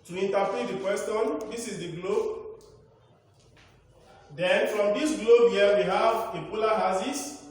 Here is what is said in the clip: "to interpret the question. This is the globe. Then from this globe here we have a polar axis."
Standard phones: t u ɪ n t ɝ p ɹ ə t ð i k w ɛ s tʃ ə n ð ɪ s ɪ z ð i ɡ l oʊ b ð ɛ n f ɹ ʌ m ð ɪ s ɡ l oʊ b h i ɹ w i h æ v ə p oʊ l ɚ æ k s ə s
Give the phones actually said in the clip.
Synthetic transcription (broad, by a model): t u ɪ n t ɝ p ə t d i k w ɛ s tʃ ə n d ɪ s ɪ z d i ɡ l oʊ b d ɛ n f ɹ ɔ m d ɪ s ɡ l oʊ b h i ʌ w i h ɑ v ə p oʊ l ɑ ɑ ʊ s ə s